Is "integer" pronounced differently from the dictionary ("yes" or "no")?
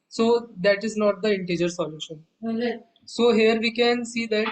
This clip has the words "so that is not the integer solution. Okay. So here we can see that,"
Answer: no